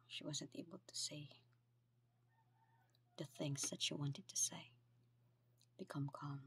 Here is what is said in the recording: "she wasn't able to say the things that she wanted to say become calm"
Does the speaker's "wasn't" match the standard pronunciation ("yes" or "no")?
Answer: yes